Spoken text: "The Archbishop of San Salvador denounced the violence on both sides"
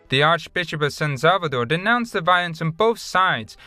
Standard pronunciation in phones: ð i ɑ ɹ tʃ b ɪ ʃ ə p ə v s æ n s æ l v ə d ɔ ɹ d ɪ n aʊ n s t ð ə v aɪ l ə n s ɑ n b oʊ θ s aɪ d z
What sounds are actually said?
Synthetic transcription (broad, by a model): ð i ɑ ɹ tʃ b ɪ ʃ ə p ə v s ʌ n s æ l v ə d ɔ ɹ d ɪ n aʊ n s ð ə v aɪ l ə n s n b oʊ θ s aɪ d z